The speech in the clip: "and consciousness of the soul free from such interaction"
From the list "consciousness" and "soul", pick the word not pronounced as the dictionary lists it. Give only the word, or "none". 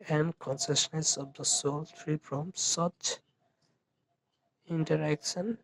consciousness